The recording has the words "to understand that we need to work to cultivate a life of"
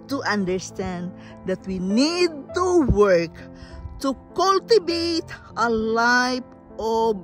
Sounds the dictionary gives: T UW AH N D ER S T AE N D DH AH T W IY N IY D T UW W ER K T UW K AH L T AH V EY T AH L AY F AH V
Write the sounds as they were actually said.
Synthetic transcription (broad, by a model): T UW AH N D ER S T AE N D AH T W IY N IY D T UW W ER K T UW K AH L T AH B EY T AH L AY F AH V